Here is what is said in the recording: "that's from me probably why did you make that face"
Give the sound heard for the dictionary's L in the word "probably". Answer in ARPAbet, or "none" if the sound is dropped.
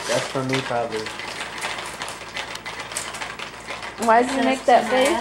L